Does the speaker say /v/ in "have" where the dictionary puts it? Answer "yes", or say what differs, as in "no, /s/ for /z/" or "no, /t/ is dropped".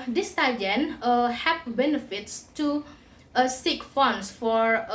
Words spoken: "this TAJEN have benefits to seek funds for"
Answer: no, /p/ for /v/